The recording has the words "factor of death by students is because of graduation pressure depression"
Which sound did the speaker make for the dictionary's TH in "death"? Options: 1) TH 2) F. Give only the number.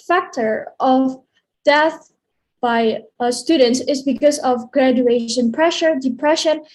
1